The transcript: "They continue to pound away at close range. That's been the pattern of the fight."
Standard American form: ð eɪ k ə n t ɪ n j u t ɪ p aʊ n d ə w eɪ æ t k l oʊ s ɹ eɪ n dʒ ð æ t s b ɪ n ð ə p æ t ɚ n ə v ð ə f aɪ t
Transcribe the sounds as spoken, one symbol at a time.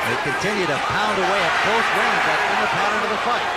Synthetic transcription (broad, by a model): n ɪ k ə n t ɪ n j u t ɪ p aʊ n d ə w eɪ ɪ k oʊ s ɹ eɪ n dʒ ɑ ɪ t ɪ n ð ə p æ t ɚ n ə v ð ə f aɪ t